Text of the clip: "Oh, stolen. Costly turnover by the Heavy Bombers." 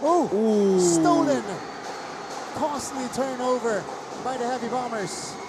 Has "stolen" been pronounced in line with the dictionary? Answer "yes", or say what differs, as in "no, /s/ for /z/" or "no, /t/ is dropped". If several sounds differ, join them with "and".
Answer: no, /n/ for /l/